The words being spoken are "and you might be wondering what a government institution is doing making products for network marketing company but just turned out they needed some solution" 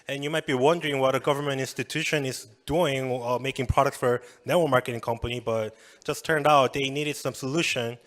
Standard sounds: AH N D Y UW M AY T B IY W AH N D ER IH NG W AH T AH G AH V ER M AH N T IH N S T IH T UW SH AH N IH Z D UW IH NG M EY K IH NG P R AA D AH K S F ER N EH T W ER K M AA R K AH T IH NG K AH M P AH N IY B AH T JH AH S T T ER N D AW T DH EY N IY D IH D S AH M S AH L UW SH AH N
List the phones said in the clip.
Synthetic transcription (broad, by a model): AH N Y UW M AY T B IY W AH N D ER IH NG W AH T AH G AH V ER M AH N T IH N S T IH T UW SH AH N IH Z D UW IH NG M EY K IH NG P R AA D AH K S F ER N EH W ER M AA R K AH T IH NG K AH M P AH N IY B AH T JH AH S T T ER N D AW T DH EY N IY D IH D S AH M S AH L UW SH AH N